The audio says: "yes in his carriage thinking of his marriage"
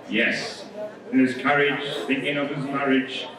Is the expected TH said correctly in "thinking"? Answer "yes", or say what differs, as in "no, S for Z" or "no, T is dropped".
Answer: yes